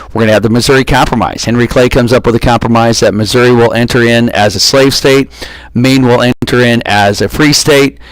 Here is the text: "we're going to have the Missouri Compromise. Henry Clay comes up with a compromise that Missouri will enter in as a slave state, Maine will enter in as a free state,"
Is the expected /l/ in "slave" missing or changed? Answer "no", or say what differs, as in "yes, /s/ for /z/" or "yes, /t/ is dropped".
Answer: no